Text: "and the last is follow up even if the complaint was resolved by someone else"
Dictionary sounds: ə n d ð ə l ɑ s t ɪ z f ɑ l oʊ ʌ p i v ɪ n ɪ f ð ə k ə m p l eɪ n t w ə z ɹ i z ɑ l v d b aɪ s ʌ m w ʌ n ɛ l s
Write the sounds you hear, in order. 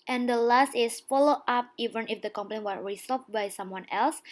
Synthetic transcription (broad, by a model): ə n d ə l ɑ s t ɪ s f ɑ l oʊ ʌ p i v ɪ n ɪ f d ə k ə m p ʌ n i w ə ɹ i s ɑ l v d b aɪ s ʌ m w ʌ n ɛ l s